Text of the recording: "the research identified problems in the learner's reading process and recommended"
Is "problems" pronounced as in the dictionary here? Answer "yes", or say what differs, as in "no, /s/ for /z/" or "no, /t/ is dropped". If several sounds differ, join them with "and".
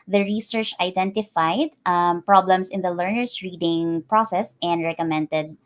no, /s/ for /z/